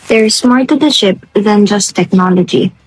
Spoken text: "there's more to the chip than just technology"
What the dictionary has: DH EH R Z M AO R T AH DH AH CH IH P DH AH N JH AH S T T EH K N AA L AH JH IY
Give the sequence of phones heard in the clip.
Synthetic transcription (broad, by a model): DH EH R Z M AO R T AH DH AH SH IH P DH AH N JH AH S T T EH K N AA L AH JH IY